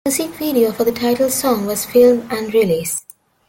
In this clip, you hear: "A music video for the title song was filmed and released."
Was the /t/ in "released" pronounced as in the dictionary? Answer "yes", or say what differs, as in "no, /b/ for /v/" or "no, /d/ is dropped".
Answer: no, /t/ is dropped